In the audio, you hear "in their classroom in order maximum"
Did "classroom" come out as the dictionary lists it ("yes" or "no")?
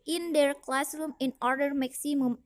yes